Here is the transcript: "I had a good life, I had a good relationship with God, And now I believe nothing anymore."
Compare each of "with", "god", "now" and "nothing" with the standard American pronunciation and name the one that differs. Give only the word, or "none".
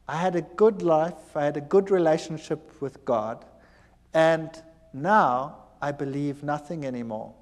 none